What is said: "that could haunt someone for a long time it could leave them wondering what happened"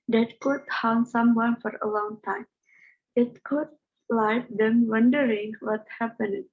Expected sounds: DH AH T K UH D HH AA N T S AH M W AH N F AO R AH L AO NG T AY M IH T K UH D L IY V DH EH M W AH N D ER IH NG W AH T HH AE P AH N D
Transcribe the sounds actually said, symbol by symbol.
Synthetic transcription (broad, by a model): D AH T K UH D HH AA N S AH M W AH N F AO R AH L AO NG T AY M IH T K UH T L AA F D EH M W AH N D ER IH NG W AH T HH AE P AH N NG